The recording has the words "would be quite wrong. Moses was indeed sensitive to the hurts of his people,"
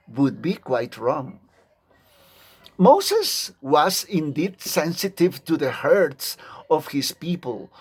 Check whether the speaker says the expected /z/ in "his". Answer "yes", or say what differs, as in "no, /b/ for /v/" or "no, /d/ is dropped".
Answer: no, /s/ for /z/